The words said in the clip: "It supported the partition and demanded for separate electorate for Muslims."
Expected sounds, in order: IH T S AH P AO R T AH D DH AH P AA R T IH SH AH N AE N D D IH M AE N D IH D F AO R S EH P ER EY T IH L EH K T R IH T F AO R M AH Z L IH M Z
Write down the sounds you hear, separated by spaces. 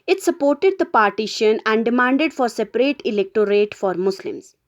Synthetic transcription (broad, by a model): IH T S AH P AO R T AH D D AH P AA R T IH SH AH N AE N D D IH M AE N D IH D F AO R S EH P ER EY T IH L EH K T R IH T F AO R M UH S L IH M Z